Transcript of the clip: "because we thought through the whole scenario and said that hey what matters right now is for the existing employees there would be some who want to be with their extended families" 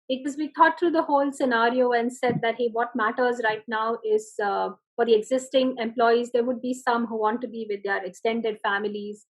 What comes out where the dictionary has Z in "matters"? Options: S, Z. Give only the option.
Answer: Z